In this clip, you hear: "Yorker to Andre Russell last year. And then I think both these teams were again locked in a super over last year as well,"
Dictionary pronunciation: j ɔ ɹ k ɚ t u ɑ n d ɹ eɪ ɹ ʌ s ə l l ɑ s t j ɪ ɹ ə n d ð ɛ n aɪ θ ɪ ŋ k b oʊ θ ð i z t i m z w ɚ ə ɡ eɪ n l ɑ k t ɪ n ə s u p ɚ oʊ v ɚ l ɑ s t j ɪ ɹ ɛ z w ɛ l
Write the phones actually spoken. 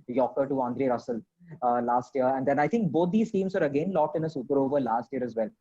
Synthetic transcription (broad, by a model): j ɔ k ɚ t u ɑ n d ɹ eɪ ɹ ʌ s ə l l ɑ s t j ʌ ɹ ə n d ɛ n aɪ t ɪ ŋ k b oʊ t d i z t i m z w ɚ ə ɡ eɪ n l ɑ k t ɪ n ə s u p ɚ oʊ v ɚ l ɑ s t j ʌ ɹ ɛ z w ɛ l